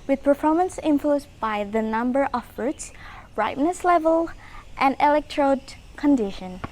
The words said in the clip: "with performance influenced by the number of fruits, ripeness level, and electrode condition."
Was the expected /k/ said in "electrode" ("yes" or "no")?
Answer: yes